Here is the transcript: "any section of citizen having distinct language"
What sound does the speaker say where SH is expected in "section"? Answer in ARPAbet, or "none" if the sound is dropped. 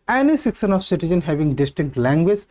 S